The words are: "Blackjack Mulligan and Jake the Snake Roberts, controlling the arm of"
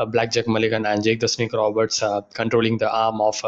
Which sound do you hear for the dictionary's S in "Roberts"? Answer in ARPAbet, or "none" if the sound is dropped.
S